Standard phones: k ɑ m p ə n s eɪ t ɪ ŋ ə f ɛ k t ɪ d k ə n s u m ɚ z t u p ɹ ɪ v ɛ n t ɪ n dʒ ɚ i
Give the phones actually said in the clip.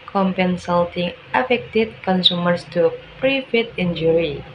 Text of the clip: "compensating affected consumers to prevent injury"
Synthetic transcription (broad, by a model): k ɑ m p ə n s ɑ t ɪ ŋ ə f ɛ k t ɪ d k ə n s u m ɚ s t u p ɹ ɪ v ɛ t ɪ n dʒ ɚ i